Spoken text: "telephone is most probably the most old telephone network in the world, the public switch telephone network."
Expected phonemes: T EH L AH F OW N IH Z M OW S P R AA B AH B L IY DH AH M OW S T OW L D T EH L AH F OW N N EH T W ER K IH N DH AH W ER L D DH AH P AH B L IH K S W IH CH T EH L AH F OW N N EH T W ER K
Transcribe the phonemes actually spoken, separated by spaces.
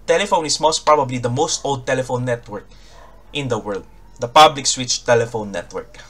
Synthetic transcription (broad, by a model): T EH L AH F OW N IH S M OW S P R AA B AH B L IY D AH M OW S T OW L D T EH L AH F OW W N EH T W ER K IH N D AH W ER L D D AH P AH B L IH K S W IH CH T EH L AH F OW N N EH T W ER K